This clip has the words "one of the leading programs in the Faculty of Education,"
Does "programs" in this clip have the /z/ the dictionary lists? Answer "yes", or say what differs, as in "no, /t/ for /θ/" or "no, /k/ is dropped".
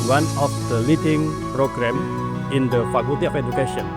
no, /z/ is dropped